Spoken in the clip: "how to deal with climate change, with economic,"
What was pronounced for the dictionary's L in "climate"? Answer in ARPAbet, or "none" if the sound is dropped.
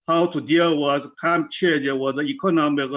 none